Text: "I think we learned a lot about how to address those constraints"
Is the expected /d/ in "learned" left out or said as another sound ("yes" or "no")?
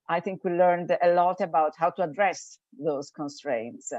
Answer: no